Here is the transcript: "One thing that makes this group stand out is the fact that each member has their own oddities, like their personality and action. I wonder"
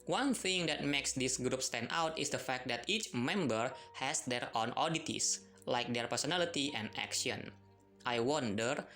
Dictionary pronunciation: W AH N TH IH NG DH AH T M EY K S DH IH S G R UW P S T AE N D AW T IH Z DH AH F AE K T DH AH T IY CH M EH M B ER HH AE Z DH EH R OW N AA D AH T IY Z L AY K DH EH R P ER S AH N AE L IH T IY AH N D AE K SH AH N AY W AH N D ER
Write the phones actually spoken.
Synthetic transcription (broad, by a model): W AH N TH IH NG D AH T M EY K S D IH S G R UW P S T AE N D AW T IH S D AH F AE K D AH T IY CH M EH M B ER HH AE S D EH R OW N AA D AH T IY S L AY K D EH R P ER S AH N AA L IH T IY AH N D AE K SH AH N AY W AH N D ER